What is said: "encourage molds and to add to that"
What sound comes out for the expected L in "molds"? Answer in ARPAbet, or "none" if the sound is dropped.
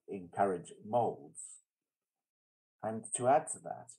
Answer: L